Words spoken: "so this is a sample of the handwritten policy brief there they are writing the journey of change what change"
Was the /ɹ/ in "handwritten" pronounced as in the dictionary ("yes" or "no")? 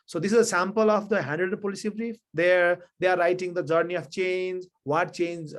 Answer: no